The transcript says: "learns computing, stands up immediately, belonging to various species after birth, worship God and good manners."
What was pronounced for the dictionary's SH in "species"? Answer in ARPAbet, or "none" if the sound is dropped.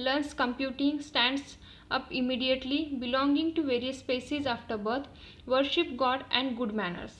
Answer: S